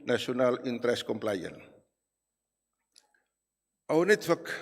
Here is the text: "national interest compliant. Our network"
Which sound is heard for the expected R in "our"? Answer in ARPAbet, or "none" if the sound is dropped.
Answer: W